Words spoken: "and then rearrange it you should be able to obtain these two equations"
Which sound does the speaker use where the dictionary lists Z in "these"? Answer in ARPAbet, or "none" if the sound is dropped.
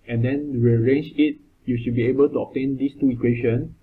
S